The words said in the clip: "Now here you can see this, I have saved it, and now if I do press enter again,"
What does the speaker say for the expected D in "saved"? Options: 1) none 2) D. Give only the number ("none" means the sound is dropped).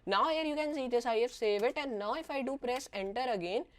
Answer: 1